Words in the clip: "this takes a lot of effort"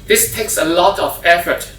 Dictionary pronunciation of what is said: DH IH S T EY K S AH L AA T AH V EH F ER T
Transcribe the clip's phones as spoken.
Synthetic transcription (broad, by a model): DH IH S T EY K S AH L AA T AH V EH F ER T